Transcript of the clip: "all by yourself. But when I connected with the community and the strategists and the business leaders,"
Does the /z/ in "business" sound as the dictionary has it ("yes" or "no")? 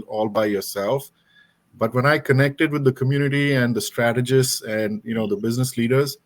yes